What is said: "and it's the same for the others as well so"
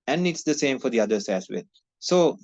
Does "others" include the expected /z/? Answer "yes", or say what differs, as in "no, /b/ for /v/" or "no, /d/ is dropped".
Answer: no, /s/ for /z/